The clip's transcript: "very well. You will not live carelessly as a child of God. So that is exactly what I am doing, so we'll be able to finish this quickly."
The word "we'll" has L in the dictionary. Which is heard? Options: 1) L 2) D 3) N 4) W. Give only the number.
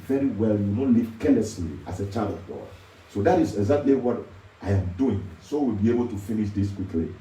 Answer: 1